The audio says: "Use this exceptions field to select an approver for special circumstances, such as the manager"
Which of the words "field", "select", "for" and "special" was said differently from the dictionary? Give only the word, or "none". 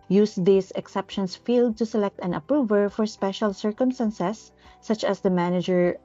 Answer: none